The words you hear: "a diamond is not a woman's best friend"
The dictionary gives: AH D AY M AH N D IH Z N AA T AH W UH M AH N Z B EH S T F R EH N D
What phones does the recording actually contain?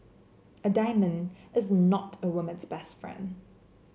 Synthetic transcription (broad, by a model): AH D AY M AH N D IH Z N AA T AH W UH M AH N Z B EH S T F R EH N D